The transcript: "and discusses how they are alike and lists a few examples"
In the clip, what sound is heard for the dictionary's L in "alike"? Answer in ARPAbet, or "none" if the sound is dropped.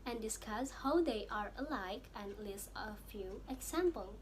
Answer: L